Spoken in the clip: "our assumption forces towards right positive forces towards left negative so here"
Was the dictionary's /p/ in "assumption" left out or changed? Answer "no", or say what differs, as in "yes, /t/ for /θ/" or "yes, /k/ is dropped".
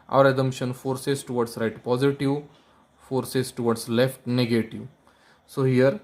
yes, /p/ is dropped